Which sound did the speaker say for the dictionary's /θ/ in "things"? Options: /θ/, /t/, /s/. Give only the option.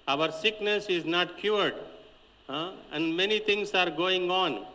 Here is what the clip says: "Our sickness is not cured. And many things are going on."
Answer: /t/